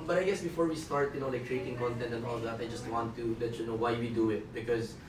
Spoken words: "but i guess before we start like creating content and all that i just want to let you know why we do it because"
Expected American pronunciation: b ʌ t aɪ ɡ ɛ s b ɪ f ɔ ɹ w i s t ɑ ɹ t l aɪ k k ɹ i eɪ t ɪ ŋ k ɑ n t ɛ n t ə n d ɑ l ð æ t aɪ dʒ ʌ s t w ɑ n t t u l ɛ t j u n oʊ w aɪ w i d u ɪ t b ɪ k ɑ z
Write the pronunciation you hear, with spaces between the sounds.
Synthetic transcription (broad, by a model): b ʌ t aɪ ɡ ɛ s b ɪ f ɔ ɹ w i s t ɑ ɹ t n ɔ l k ɹ i eɪ t ɪ ŋ k ɑ n t ɛ n t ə n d ɑ l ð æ t aɪ dʒ ʌ s t w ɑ n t t u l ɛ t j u n oʊ w aɪ w i d u ɪ t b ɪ k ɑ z